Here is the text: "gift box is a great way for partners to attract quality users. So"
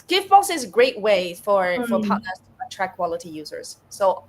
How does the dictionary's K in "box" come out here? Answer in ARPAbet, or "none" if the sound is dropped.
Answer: none